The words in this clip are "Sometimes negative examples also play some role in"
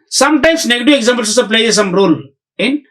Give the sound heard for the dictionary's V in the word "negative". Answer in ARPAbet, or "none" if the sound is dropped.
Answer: none